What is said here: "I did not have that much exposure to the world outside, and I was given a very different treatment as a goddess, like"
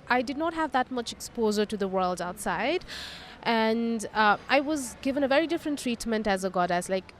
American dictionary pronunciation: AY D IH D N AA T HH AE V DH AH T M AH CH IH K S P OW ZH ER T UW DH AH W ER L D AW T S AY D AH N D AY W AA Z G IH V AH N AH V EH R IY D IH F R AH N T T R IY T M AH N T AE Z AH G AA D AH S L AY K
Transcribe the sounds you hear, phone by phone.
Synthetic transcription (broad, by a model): AY D IH D N AA T HH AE V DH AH T M AH CH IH K S P OW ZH ER T UW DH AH W ER L D AW T S AY D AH N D AY W AA Z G IH V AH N AH V EH R IY D IH F R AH N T T R IY T M AH N T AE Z AH G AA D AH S L AY K